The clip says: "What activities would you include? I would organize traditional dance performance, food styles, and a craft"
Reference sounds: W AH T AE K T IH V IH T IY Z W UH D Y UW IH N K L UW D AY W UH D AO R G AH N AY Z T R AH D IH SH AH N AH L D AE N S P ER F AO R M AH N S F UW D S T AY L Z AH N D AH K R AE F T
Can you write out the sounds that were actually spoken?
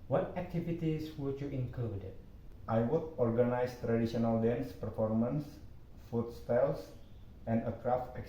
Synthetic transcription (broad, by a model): W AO T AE K T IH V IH T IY S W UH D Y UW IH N K UW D AY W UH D AO R G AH N AY S T R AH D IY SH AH N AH L D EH N S P ER F AO R M AH N S F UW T S T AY L S AH N D AH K R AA F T